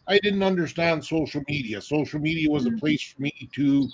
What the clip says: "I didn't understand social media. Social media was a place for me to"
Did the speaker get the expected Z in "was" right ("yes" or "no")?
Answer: yes